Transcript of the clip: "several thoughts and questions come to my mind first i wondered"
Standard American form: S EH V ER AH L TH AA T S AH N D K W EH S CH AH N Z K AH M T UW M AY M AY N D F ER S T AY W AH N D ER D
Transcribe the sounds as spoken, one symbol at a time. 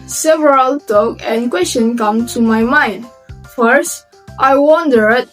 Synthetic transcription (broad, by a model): S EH V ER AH L T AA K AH N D K W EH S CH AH N K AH M T UW M AY M AY N D F ER S T AY W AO N D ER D